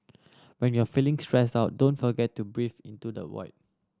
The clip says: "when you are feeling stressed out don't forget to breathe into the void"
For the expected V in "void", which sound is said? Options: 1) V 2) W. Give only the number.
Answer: 2